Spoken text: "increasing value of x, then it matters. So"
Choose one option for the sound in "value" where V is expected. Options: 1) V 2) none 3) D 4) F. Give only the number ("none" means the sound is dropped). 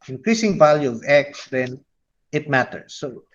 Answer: 1